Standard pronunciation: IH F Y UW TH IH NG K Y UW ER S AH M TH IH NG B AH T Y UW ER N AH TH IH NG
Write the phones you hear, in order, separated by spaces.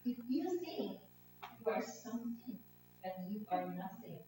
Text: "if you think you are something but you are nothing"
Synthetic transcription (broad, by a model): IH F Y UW S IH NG Y UW ER S AH M TH IH NG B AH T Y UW ER N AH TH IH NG